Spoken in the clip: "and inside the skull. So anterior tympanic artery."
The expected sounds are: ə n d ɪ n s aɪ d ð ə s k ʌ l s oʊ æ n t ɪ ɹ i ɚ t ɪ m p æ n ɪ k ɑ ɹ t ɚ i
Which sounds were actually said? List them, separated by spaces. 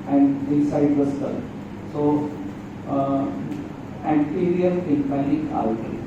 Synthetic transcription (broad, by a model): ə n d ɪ s aɪ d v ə s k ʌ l s oʊ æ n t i ɹ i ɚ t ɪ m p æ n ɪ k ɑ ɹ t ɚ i